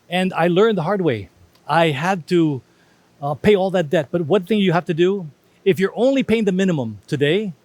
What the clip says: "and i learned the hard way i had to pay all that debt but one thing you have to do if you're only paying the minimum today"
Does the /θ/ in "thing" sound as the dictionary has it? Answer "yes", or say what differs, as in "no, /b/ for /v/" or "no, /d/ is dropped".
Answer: yes